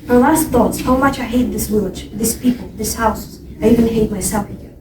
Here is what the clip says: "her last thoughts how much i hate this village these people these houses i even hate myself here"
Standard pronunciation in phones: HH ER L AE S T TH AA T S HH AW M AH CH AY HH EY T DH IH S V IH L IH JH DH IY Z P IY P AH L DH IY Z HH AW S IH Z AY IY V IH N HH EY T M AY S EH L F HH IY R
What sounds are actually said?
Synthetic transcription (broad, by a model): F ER L AE S T TH AA T S HH AW M AH CH AY HH EY T DH IH S W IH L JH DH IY S P IY P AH L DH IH S HH AW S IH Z AY IY V IH N HH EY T M AY S EH L F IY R